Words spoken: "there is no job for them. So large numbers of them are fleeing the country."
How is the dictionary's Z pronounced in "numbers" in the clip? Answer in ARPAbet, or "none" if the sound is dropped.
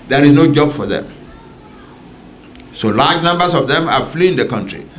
S